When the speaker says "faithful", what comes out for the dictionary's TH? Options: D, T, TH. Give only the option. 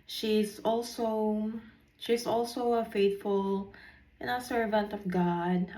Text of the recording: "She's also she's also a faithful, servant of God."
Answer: T